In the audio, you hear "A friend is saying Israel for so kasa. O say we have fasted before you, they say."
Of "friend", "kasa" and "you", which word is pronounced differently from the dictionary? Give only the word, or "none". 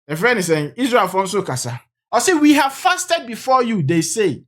friend